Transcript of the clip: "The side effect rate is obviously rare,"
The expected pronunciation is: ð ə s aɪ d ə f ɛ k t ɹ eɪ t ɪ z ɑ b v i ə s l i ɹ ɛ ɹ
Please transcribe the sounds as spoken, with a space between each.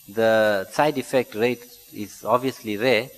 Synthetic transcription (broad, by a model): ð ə s aɪ d ə f ɛ k t ɹ eɪ t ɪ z ɑ b v i ə s l i ɹ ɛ